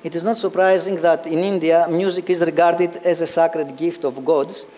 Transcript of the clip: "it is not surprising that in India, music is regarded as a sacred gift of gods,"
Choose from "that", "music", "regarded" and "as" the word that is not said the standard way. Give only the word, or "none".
none